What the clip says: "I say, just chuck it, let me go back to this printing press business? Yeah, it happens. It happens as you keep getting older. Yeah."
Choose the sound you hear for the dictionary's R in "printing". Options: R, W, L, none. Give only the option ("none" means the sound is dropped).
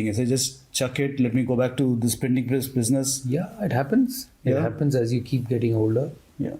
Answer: none